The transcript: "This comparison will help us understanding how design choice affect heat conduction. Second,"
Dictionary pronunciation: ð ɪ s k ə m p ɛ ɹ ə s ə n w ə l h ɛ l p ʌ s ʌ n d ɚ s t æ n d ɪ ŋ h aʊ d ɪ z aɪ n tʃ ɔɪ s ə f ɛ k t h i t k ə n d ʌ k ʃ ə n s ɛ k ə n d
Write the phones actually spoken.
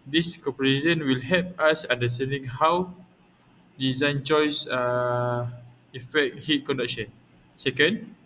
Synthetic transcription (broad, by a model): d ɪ s k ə p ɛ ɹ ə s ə n w ə l h ɛ l p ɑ s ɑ n d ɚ s t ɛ n d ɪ ŋ h aʊ d ɪ z aɪ n tʃ ɔɪ s ə f ɛ k t h i t k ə n d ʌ k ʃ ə n s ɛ k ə n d